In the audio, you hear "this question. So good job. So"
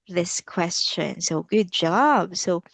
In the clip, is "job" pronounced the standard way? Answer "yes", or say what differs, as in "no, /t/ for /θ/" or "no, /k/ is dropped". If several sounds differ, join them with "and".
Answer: yes